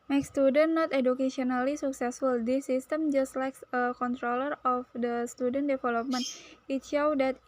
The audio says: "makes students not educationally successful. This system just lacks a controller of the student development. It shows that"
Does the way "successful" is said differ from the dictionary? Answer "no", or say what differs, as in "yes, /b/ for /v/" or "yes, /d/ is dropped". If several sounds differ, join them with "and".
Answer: no